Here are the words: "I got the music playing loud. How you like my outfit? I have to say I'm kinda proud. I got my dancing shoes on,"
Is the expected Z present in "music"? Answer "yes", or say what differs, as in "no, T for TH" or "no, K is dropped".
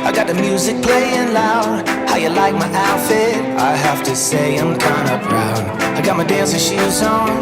yes